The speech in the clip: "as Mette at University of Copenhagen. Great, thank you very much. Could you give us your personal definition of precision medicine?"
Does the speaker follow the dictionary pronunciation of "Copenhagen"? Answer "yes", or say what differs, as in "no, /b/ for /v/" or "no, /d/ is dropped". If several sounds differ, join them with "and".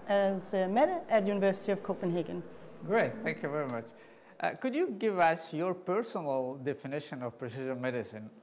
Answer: yes